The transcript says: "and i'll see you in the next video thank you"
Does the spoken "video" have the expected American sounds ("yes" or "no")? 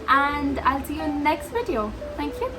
yes